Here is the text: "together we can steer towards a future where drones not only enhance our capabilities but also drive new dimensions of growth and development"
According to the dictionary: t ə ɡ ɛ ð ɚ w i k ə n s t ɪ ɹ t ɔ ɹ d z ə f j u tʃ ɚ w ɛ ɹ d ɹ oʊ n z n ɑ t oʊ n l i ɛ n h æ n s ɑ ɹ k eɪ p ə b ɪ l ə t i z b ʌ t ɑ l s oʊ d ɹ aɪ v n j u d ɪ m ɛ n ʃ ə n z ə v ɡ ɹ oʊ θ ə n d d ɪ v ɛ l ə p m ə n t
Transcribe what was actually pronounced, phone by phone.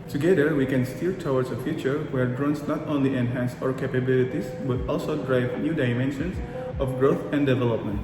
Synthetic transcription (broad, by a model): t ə ɡ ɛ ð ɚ w i k ə n s t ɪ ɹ t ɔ w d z ə f j u tʃ ɚ w ɛ ɹ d ɹ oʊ n s n ɑ t oʊ n l i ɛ n h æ n s ɑ ɹ k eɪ p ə b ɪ l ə t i s b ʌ t ɑ l s oʊ d ɹ aɪ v n j u d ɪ m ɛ n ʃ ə n s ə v ɡ ɹ oʊ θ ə n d d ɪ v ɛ l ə p m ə n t